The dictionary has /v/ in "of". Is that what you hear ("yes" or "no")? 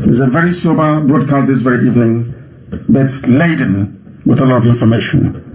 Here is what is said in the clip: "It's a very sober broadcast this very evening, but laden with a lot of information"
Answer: yes